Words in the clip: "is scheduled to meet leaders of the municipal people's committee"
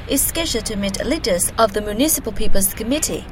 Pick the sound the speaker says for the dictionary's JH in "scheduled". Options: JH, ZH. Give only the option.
ZH